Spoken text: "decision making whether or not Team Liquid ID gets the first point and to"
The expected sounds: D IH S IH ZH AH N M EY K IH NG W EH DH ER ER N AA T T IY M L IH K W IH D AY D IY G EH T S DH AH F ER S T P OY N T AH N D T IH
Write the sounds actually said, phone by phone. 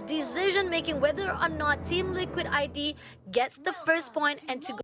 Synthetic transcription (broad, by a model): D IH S IH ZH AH N M EY K IH NG W EH DH ER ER N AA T T IY M L IH K W IH D AY D IY G EH T S DH AH F ER S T P OY N T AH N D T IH